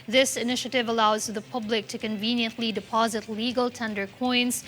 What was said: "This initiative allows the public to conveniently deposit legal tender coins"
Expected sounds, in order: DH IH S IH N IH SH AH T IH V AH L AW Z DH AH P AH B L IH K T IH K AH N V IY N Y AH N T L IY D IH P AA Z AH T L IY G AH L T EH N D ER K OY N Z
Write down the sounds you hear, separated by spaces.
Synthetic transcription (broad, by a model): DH IH S IH N IH SH AH T IH V AH L AW Z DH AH P AH B L IH K T IH K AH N V IY N Y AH N T L IY D IH P AA Z AH T L IY G AH L T EH N D ER K OY N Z